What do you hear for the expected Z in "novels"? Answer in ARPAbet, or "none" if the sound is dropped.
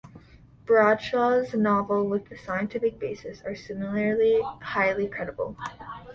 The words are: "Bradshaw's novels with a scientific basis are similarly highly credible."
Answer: none